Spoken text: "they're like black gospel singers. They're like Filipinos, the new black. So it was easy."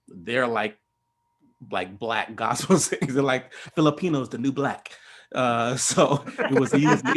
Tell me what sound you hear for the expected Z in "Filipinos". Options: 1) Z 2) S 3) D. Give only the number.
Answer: 1